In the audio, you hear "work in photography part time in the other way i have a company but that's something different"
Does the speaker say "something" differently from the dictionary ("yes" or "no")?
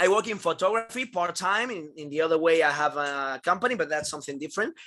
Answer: no